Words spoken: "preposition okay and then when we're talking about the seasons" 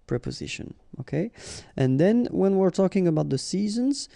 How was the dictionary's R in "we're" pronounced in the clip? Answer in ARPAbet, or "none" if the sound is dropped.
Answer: R